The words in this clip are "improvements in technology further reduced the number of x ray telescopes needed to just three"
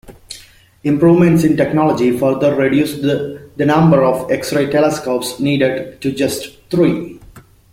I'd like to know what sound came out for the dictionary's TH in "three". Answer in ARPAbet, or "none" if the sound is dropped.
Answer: T